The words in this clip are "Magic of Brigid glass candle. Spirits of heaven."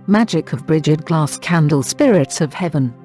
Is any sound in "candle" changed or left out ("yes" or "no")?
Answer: no